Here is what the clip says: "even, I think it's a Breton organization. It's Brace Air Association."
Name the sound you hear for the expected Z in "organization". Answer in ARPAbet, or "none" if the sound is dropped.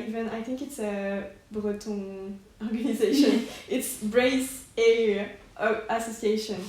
Z